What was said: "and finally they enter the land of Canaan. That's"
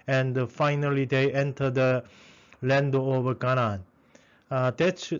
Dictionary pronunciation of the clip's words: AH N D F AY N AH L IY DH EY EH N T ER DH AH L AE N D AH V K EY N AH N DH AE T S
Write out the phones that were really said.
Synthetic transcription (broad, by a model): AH N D F AY N AH L IY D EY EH N T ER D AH L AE N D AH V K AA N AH N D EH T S